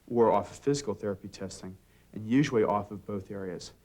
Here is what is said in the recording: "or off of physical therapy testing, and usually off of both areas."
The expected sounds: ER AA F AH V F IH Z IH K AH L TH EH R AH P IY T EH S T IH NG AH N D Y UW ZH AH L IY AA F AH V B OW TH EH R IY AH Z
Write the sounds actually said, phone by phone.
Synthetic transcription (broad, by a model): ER AA F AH F IH Z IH K L TH EH R AH P IY T EH S T IH NG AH N Y UW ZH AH L IY AA F AH V B OW TH EH R IY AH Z